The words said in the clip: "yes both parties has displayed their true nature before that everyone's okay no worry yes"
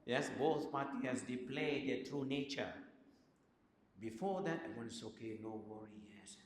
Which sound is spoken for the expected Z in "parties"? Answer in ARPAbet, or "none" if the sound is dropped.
none